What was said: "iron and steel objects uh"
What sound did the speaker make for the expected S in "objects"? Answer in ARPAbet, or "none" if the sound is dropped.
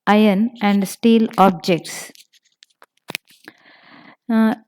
S